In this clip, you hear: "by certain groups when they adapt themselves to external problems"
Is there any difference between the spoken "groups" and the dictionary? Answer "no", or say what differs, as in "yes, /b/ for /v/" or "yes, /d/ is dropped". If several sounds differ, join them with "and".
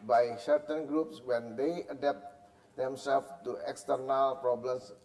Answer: no